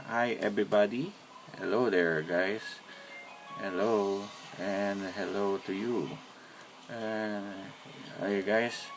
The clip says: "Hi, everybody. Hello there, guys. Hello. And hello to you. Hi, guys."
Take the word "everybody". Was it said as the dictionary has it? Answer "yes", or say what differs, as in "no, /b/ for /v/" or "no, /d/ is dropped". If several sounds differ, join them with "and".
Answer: no, /b/ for /v/